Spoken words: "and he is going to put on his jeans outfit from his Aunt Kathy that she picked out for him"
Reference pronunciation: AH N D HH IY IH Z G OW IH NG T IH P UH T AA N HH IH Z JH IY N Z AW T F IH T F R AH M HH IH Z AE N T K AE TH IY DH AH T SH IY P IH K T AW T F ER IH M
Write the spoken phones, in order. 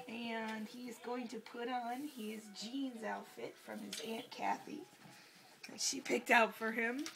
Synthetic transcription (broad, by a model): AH N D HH IY IH Z G OW IH NG T IH P UH T N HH IH Z JH IY N Z AW T F IH T F R AH M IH Z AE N K AE TH IY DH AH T SH IY P IH K T AW T F ER IH M